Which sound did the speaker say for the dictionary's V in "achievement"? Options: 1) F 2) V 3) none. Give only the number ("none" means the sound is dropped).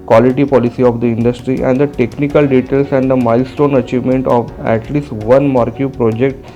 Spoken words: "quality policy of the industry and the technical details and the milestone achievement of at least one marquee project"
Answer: 2